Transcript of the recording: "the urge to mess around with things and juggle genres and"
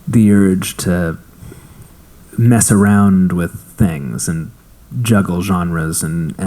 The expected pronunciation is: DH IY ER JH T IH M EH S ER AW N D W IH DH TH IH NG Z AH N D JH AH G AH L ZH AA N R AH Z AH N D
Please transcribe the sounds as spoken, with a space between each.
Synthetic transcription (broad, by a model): DH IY ER JH T IH M EH S ER AW N D W IH DH TH IH NG Z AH N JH AH G L ZH AA N R AH Z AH N